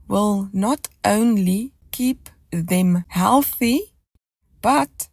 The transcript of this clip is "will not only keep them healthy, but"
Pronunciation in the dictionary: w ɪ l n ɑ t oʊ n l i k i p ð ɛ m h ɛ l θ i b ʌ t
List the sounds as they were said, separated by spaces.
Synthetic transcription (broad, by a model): w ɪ l n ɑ t oʊ n l i k i p ð ɛ m h ɛ l θ i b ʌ t